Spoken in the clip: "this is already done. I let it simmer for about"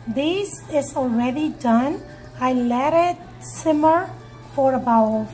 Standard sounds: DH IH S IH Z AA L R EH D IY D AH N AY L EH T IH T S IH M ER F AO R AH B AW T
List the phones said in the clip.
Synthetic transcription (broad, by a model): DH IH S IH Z AA L R EH D IY D AH N AY L EH T IH T S IH M ER F AO R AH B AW